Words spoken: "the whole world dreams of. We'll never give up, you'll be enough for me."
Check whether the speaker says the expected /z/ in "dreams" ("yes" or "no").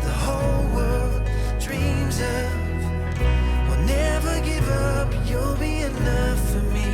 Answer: yes